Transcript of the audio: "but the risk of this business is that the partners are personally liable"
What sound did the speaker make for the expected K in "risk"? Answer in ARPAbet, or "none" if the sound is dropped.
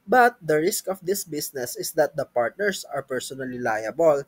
K